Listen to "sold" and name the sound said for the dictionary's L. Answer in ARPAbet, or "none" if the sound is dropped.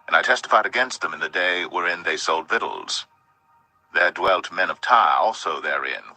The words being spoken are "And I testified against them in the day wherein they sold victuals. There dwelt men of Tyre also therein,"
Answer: L